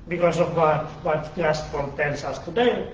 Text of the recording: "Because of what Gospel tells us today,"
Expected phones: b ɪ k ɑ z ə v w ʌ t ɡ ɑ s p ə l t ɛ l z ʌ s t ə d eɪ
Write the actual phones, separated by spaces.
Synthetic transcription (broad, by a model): b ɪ k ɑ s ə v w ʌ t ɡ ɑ s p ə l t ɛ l s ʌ s t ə d eɪ